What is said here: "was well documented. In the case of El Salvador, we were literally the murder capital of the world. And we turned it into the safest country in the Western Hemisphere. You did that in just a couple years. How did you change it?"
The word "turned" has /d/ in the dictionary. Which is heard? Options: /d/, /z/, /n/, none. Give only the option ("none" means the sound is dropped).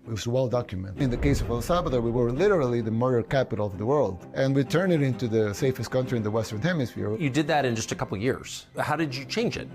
none